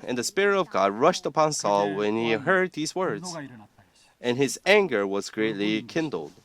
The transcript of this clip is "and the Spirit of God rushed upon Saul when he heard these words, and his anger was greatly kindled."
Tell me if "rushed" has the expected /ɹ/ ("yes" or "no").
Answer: yes